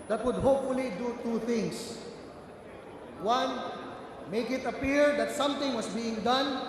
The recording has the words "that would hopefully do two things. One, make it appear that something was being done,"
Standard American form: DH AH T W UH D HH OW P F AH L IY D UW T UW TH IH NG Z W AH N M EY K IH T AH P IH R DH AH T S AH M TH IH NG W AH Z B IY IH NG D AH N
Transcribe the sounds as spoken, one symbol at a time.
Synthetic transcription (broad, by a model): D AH T W UH D HH OW P F AH L IY D UW T UW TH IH NG S W AH N M EY K IH T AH P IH R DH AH T S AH M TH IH NG W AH S B IY IH NG D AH N